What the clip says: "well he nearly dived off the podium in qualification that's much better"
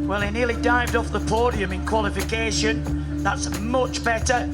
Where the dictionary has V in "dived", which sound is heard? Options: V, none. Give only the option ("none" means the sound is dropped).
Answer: V